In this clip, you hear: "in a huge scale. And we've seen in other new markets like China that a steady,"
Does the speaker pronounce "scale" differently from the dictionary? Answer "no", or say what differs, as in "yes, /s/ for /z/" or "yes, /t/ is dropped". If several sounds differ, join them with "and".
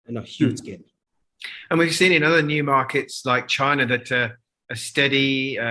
yes, /n/ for /l/